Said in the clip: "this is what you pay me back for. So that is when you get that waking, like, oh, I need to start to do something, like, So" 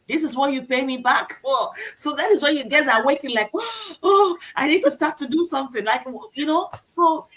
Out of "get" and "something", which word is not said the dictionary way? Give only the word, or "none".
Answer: none